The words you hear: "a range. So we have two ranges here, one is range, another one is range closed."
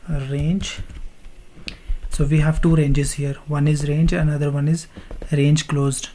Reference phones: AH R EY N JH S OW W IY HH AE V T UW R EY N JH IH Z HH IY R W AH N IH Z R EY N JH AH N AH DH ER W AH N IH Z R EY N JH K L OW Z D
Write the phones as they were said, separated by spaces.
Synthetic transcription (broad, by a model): R EY N JH S OW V IY HH AE V T UW R EY N JH IH Z HH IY R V AH N IH Z R EY N JH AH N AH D ER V AH N IH Z R EY N JH K L OW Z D